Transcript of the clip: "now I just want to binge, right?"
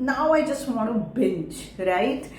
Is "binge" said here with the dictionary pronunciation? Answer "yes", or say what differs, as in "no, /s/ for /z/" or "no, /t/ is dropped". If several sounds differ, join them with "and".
no, /tʃ/ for /dʒ/